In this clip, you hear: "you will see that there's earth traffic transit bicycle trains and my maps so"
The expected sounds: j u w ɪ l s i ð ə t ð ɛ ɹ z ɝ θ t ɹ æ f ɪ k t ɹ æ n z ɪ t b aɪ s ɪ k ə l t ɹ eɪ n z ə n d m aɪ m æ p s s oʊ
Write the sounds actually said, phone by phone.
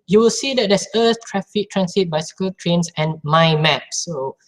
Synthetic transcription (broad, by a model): j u w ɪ l s i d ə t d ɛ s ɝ s t ɹ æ f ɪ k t ɹ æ n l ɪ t b aɪ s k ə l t ɹ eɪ n s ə n m aɪ m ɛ p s s oʊ